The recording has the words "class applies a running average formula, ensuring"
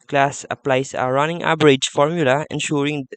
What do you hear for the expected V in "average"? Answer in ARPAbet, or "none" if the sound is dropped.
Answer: B